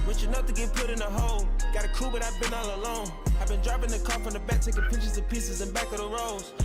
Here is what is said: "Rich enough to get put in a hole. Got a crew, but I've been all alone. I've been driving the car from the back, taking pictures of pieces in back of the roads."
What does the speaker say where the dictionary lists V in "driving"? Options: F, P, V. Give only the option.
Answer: P